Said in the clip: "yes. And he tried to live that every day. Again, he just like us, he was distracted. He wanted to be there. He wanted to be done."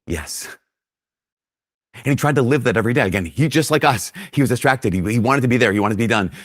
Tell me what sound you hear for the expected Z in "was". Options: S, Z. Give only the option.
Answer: Z